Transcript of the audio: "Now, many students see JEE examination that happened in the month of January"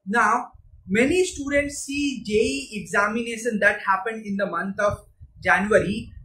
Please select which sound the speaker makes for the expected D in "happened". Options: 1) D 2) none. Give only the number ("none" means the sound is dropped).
1